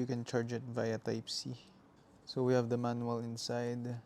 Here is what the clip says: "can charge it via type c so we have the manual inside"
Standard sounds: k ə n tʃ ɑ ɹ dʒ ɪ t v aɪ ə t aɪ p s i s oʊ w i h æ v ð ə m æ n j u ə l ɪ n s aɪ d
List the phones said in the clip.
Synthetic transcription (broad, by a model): k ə n tʃ ɑ ɹ dʒ ɪ t v aɪ ə t aɪ p s i s oʊ w i h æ v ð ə m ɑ n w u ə l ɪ n s aɪ d